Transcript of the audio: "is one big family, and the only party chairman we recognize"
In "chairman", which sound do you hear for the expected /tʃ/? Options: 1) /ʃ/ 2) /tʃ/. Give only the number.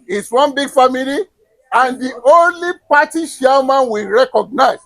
1